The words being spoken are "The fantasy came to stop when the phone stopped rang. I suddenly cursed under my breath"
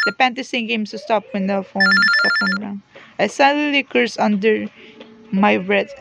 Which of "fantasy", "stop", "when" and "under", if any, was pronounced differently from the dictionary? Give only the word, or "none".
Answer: fantasy